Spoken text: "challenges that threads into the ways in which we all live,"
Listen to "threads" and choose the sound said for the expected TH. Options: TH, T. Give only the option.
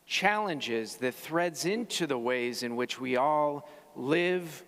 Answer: TH